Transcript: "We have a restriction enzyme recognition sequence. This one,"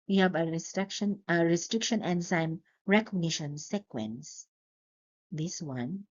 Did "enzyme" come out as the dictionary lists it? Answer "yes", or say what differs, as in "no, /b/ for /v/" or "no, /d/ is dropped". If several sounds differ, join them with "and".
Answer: no, /s/ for /z/